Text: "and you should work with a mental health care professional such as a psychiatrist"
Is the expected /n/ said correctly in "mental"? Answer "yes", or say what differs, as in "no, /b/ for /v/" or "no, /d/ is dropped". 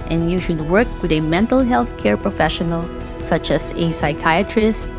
yes